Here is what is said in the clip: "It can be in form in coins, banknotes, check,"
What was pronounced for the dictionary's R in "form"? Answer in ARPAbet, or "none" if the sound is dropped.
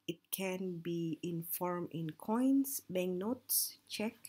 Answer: R